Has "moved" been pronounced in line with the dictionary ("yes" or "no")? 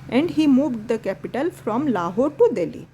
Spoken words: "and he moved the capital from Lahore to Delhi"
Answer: yes